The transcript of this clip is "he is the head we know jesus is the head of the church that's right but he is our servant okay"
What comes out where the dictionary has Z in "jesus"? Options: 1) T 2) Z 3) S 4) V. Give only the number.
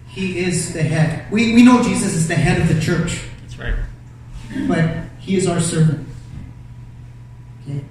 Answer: 2